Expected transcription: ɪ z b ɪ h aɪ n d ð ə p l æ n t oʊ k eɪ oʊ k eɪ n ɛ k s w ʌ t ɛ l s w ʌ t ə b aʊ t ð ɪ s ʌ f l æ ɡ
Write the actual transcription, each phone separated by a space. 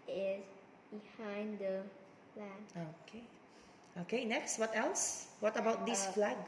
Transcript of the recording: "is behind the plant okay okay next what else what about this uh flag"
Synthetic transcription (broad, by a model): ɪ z b ɪ h aɪ n d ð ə f l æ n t oʊ k eɪ oʊ k eɪ n ɛ k s w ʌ t ɛ l s w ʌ t ə b aʊ t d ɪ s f l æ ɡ